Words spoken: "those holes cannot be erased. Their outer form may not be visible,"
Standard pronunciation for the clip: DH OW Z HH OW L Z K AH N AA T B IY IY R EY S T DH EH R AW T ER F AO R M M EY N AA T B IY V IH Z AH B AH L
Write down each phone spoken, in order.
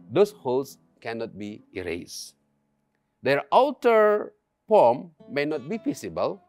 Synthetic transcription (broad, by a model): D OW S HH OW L S K AH N AA T B IY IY R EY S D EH R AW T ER P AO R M M EY N AA T B IY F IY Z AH B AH L